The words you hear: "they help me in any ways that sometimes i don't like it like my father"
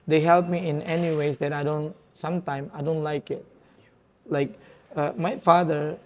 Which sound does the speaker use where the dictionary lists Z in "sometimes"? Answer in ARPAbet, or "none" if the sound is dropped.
none